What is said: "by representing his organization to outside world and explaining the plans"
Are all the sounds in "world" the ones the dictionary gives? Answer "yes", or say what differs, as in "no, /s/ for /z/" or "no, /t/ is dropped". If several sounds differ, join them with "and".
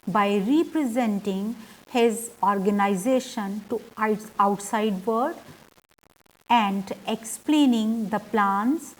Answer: no, /l/ is dropped